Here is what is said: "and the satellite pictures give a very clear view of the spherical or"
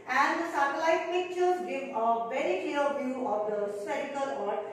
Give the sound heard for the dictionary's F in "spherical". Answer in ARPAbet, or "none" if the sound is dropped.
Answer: none